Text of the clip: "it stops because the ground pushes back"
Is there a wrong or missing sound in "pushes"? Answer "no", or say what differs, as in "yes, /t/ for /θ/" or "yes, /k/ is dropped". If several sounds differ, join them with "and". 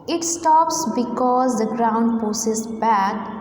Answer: yes, /s/ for /ʃ/